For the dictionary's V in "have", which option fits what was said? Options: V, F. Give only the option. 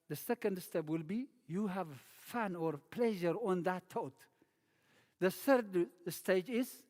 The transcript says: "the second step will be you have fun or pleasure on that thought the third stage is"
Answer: V